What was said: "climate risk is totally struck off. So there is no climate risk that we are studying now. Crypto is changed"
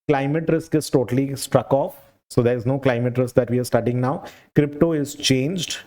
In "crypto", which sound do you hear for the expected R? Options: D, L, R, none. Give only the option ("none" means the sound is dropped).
R